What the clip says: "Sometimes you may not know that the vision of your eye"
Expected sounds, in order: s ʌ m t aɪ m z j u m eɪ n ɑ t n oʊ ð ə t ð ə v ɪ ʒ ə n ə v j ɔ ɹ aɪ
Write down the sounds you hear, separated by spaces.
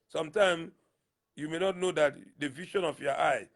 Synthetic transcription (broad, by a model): s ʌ m t aɪ m j u m eɪ n ɑ t n oʊ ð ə t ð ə v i ʃ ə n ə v j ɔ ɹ aɪ